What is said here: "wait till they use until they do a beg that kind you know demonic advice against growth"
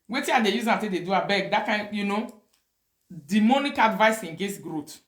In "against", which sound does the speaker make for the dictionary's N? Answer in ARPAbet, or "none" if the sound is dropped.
none